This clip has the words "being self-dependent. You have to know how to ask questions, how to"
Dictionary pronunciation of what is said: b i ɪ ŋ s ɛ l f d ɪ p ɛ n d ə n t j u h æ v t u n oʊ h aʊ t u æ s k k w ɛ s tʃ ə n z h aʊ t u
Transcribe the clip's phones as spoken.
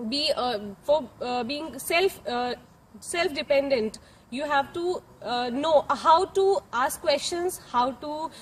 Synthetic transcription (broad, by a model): b i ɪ ŋ s ɛ l f d ɪ p ɛ n d ə n t j u h æ v t u n oʊ h aʊ t u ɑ s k k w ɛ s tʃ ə n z h aʊ t u